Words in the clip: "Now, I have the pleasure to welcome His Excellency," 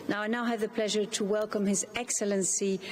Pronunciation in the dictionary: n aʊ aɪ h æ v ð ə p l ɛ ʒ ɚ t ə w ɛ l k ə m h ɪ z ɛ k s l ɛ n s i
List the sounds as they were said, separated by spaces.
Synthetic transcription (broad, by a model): n aʊ aɪ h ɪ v ð ə p l ɛ ʒ ɚ t ə w ɛ l k ə m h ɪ z ɛ k s l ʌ n s i